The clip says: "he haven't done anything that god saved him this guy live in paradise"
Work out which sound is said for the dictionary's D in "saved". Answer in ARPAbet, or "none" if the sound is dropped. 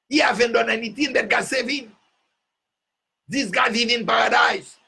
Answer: none